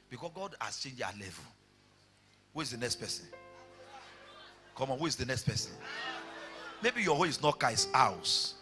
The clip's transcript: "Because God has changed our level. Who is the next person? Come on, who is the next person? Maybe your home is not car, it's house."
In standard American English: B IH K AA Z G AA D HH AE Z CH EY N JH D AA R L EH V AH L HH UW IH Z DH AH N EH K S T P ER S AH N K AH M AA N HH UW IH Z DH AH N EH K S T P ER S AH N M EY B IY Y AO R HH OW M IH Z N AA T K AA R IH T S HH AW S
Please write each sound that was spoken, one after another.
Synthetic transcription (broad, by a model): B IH K AA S G AA D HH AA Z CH EY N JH AA L EH V AH L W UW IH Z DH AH N EH K S T P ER S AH N K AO M AA N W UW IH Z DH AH N EH K S T P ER S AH N M EY B IY Y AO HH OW IH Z N AA T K AA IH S AW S